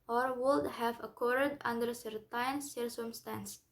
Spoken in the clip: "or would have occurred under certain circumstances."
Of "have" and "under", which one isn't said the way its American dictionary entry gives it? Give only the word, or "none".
none